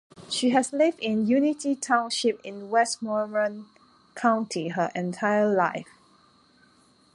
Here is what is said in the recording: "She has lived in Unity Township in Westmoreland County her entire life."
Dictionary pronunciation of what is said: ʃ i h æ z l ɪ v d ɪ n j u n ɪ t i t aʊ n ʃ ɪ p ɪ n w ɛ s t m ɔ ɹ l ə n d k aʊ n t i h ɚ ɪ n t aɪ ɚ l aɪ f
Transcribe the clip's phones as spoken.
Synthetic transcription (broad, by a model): ʃ i h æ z l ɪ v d ɪ n j u n ɪ t i t aʊ n ʃ ɪ p ɪ n w ɛ s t m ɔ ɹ ə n k aʊ n t i h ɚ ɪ n t aɪ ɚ l aɪ f